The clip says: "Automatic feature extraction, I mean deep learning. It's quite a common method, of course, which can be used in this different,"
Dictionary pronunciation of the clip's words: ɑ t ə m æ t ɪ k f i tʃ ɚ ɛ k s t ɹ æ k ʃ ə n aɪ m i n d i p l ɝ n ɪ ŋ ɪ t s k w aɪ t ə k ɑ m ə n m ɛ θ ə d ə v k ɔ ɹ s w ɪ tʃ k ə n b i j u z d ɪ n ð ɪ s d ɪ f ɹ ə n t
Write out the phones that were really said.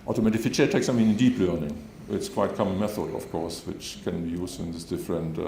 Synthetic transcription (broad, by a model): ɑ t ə m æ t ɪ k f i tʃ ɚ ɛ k s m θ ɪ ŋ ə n n d i p l ɝ n ɪ ŋ ɪ t s k w aɪ t k ɑ m ə n m ɛ θ ə d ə f k ɔ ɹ s w ɪ tʃ k ə n b i j u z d ɪ n ð ɪ s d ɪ f ɹ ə n t